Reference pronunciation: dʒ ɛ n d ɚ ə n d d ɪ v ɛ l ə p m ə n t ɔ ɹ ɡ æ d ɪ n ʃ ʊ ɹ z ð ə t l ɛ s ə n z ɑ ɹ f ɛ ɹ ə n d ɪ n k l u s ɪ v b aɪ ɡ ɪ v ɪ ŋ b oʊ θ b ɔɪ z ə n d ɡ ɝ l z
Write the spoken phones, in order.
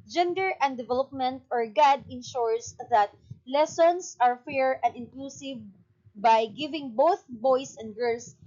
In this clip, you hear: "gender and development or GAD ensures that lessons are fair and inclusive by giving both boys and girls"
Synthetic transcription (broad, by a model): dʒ ɛ n d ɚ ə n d d ɪ v ɛ l ə p m ə n t ɔ ɹ ɡ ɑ d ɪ n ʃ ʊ ɹ s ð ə t l ɛ s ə n s ɑ ɹ f ɛ ɹ ə n d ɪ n k l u s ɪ v b aɪ ɡ ɪ v ɪ ŋ b oʊ θ b ɔɪ s ə n d ɡ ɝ l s